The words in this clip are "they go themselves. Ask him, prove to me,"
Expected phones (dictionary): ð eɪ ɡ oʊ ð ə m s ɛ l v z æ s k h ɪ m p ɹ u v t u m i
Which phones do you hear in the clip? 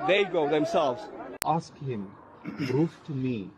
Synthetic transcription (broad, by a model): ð eɪ ɡ oʊ ð ə m s ɛ l v z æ s k h ɪ m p ɹ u f t u m i